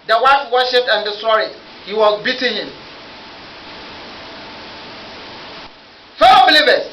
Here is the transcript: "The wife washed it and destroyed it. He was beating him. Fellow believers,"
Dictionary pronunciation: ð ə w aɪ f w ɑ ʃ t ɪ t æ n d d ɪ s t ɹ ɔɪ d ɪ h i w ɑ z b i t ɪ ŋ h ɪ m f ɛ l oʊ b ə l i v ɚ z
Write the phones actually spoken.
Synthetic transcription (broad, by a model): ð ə w aɪ f w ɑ ʃ ɪ t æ n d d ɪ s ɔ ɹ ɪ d h i w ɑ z b i t ɪ ŋ h ɪ m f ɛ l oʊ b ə l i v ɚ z